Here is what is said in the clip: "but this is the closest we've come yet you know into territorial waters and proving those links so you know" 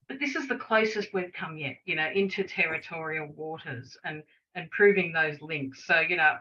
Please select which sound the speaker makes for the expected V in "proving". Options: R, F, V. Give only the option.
V